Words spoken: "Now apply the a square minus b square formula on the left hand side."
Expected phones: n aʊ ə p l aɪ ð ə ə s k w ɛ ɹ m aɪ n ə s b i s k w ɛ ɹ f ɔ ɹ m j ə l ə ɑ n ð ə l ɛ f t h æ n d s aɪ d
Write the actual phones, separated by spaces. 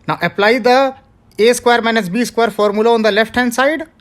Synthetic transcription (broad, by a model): n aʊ ə p l aɪ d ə ə s k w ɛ ɹ m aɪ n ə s b i s k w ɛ ɹ f ɔ ɹ m j ə l ə ɑ n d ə l ɛ f t h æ n d s aɪ d